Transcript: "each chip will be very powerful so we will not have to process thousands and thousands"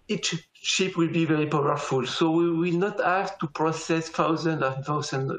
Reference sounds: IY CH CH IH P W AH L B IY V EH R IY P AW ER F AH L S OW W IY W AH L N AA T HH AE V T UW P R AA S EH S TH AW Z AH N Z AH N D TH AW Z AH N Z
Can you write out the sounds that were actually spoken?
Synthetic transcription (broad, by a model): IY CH SH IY P W AH L B IY V EH R IY P AW ER F AH L S OW W IY W AH L N AA T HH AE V T UW P R AA S EH S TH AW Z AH N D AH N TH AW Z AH N